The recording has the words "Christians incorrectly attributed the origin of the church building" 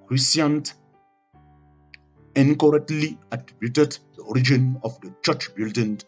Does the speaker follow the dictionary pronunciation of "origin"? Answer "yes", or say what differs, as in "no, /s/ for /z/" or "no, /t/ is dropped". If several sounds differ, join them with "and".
yes